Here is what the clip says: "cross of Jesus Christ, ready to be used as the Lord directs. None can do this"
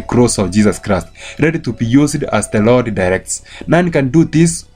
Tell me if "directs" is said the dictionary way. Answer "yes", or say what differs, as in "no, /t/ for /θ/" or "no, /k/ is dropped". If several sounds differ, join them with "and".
yes